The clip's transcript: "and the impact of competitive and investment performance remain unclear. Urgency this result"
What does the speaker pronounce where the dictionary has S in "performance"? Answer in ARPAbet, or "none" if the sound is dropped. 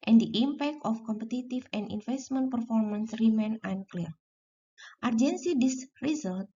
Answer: S